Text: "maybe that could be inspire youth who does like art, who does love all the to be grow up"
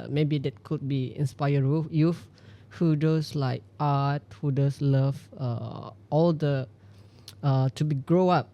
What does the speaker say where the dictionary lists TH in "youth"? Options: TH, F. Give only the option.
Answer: F